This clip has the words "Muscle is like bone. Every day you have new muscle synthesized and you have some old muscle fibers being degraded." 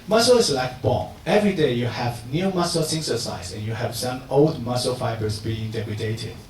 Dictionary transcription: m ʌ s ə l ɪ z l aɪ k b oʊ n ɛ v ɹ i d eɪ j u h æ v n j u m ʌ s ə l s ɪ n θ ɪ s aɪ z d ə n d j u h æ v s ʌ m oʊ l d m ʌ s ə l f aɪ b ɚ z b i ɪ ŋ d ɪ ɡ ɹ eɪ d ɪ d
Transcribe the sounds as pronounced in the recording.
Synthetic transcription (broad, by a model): m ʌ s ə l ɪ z l aɪ k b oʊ ɛ v ɹ i d eɪ j u h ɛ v n j u m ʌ s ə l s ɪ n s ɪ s aɪ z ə n j u h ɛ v s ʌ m oʊ l d m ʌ s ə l f aɪ b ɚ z b i ɪ ŋ d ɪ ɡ ɹ eɪ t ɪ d